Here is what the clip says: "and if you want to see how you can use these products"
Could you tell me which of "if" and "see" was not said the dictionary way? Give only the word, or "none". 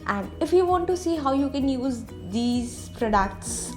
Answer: none